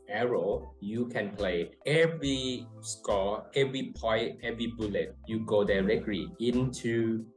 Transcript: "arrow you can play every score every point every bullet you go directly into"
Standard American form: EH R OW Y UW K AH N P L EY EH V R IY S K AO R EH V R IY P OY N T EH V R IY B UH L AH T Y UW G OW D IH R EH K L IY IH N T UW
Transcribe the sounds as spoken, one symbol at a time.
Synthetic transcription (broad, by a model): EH R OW Y UW K AH N P L EY EH V R IY S K AO EH V R IY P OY T EH V R IY B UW L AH T Y UW G OW D IH R EH K L IY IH N T UW